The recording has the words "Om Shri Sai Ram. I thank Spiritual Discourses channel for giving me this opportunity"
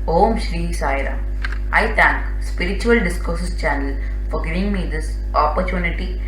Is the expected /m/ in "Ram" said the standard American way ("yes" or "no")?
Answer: no